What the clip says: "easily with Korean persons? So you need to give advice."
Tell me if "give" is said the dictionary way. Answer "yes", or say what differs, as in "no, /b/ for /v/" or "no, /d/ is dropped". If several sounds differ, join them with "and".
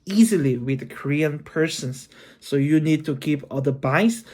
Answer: no, /p/ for /v/